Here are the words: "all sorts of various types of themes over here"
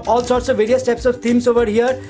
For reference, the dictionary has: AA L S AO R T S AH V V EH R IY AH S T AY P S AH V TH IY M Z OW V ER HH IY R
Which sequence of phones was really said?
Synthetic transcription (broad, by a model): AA L S AO R T S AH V V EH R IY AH S T AY P S AH V T IY M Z OW V ER HH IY R